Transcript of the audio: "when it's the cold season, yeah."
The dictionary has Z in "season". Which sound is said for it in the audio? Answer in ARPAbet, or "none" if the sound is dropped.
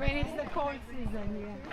Z